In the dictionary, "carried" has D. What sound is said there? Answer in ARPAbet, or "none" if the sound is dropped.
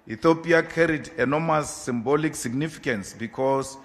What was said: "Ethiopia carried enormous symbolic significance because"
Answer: D